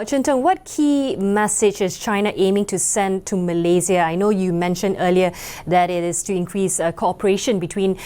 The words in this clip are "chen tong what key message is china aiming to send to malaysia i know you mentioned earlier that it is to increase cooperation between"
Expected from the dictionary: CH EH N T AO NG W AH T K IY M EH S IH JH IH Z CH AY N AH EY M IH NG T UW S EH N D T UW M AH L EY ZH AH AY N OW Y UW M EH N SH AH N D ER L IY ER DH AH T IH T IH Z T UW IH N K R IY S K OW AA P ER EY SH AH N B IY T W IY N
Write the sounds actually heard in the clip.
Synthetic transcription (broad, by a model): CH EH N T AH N W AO T K IY M EH S IH JH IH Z CH AY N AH EY M IH NG T UW S EH N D T UW M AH L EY Z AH AY N OW Y UW M EH N SH AH N D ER L IY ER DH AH T IH T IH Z T UW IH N K R IY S K OW AA P ER EY SH AH N B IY T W IY N